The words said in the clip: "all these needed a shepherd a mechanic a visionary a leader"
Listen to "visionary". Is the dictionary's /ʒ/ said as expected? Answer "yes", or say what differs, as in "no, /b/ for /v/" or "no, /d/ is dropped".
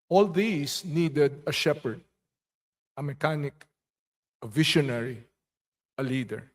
no, /ʃ/ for /ʒ/